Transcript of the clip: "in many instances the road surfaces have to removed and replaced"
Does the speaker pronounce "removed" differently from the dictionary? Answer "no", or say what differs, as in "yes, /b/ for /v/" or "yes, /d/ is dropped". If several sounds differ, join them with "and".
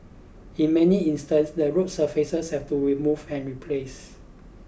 yes, /d/ is dropped